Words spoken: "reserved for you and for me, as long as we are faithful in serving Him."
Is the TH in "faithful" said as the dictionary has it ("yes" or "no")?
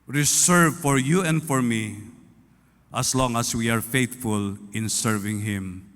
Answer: no